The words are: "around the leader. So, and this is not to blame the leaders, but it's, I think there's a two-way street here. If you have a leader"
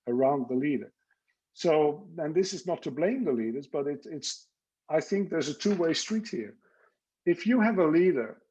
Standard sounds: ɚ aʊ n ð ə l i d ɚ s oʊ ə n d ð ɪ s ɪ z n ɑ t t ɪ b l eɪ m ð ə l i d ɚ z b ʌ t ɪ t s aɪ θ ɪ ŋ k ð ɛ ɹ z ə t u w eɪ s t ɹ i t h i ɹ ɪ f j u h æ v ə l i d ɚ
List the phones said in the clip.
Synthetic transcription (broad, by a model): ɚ aʊ n ð ə l i d ɚ s oʊ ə n ð ɪ s ɪ z n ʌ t t ɪ b l eɪ m ð ə l i d ɚ z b ʌ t ɪ t s aɪ θ ɪ ŋ k ð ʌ ɹ z ə t u w eɪ s t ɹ i t h i ɹ ɪ f j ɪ v ə l i d ɚ